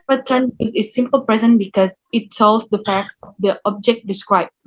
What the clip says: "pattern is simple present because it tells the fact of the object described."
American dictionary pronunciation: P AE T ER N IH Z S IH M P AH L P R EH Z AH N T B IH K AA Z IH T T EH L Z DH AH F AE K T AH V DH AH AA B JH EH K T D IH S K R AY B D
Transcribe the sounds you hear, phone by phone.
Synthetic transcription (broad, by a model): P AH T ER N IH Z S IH M P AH L P R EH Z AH N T B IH K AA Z IH T S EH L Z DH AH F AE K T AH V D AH AA B JH EH K T D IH S K R AY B